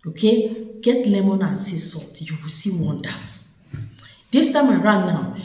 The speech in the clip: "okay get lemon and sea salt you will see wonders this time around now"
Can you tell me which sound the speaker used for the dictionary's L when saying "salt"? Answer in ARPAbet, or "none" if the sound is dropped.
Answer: none